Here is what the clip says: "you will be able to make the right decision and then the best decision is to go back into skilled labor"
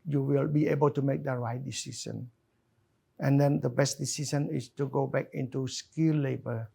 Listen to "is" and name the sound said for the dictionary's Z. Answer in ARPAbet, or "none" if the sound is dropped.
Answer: S